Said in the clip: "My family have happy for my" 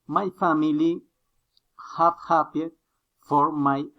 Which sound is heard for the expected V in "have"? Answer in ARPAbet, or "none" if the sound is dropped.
P